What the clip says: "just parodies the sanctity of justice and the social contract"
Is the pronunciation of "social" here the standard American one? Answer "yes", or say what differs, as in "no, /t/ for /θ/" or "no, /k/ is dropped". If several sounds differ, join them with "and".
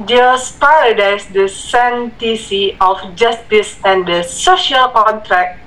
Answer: yes